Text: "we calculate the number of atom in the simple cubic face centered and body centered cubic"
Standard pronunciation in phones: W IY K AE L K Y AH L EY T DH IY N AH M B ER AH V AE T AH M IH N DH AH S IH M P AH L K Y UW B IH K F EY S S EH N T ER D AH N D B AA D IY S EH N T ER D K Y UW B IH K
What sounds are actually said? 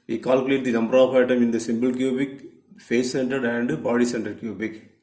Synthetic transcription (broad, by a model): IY K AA L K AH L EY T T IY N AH M B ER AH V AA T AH M IH N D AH S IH M B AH L K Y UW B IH K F EY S S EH N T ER D AH N D B AA D IY S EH N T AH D K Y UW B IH K